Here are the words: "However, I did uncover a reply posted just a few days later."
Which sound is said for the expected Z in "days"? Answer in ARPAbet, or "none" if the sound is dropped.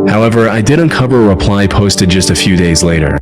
Z